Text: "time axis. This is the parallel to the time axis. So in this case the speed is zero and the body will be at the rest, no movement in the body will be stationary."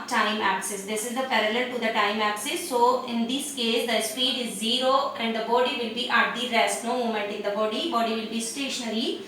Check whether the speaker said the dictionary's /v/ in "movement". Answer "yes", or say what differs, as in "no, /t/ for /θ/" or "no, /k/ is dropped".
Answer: no, /v/ is dropped